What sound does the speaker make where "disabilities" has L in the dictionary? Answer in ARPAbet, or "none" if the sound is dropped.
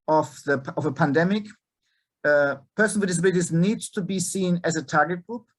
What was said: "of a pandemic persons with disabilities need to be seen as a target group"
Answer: none